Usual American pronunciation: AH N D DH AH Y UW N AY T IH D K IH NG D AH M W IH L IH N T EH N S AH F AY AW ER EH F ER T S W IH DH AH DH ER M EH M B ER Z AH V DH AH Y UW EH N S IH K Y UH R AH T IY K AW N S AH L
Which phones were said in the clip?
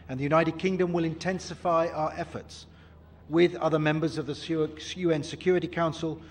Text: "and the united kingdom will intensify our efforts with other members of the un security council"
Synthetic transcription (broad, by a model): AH N DH AH Y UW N AY T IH D K IH NG D AH M W IH L IH N T EH N S AH F AY AW ER EH F ER T S W IH DH AH DH ER M EH M B ER Z AH V DH AH Y UW EH N S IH K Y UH R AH T IY K AW N S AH L